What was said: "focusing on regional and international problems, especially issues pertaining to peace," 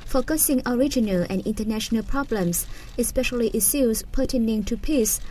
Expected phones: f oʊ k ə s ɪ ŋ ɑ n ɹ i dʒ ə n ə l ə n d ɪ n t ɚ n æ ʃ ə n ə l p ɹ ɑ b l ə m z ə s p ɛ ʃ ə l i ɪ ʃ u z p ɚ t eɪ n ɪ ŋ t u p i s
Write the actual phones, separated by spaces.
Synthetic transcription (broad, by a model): f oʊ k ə s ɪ ŋ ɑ ɹ i dʒ ə n ə l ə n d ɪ n t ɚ n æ ʃ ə n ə l p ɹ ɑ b l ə m s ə s p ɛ ʃ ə l i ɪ s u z p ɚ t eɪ n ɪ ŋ t u p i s